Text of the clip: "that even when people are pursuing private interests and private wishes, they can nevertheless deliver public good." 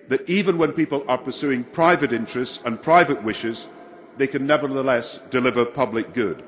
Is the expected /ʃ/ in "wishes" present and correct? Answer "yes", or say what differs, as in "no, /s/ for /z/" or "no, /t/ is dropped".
yes